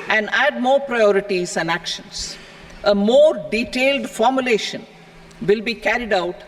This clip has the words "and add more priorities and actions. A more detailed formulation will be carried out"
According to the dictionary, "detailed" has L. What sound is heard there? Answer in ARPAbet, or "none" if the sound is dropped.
L